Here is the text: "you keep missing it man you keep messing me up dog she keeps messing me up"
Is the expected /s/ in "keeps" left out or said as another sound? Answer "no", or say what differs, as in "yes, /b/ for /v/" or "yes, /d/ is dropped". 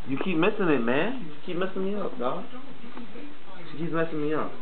yes, /s/ is dropped